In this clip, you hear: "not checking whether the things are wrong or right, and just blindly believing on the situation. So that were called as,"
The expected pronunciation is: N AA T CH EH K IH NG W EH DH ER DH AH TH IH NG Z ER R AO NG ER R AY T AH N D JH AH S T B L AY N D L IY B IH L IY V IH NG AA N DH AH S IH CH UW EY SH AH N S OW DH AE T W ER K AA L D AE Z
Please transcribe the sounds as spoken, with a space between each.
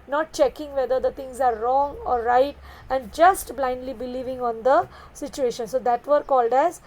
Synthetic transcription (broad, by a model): N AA T CH EH K IH NG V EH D ER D AH T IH NG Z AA R AO NG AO R AY T AH N D JH AH S T B L AY N D L IY B IH L IY V IH NG AA N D AH S IH CH UW EY SH AH N S OW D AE T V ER K AA L D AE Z